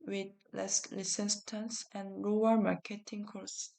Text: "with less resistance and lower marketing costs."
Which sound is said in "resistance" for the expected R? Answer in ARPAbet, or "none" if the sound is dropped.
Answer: L